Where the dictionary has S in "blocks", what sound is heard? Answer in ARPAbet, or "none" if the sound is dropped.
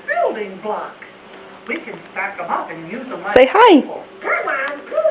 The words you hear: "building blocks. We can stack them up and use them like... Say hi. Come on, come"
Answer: none